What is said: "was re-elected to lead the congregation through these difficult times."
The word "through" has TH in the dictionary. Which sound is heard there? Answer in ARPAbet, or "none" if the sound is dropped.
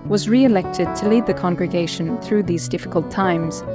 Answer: TH